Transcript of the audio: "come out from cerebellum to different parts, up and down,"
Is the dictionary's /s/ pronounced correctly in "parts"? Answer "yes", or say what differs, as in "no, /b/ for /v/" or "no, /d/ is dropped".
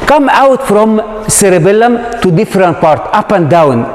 no, /s/ is dropped